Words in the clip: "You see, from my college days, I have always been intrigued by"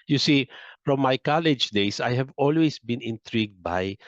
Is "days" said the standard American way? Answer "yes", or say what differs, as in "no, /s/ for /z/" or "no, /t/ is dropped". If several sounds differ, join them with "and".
no, /s/ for /z/